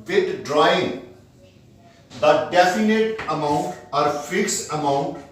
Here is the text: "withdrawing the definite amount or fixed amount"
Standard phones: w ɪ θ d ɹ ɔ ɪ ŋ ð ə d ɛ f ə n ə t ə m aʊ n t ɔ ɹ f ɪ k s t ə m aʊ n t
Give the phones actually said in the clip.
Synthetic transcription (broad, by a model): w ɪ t d ɹ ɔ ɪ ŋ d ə d ɛ f ə n ə t ə m aʊ n t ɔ ɹ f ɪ k s ə m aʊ n t